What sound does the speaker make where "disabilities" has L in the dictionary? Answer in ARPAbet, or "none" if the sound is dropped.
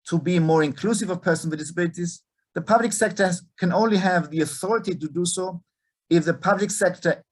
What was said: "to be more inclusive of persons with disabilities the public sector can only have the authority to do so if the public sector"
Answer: L